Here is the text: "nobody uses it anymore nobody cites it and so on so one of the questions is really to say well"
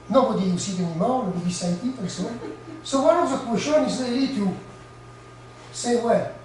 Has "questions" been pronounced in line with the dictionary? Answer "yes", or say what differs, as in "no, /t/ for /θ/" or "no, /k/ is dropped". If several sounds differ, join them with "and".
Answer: no, /z/ is dropped